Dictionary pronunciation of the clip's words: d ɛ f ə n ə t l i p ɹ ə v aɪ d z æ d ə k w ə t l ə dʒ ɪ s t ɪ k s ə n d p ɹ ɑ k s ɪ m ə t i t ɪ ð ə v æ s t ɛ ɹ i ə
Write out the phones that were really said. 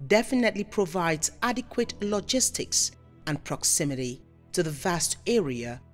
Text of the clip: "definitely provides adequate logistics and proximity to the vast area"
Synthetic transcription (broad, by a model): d ɛ f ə n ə t l i p ɹ ə v aɪ d z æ d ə k w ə t l ə dʒ ɪ s t ɪ k s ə n p ɹ ɑ k s ɪ m ə t i t ɪ ð ə v æ s t ɛ ɹ i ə